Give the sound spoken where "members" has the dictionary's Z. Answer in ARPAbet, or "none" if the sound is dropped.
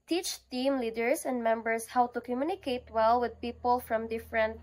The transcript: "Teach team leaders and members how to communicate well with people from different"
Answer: S